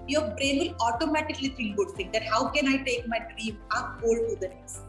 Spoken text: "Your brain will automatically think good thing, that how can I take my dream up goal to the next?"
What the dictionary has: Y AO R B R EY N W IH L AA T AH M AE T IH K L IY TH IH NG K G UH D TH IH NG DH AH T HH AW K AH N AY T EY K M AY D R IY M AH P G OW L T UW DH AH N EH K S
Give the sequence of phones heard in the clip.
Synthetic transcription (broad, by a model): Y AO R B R EY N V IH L AA T AH M AE T IH K L IY F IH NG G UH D T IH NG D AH T HH AW K AH N AY T EY K M AY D R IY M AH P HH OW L T UW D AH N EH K S